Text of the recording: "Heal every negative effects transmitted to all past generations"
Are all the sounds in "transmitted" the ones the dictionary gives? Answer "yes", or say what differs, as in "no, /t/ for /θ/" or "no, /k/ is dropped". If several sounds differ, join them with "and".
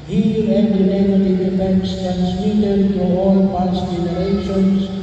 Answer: no, /ɹ/ is dropped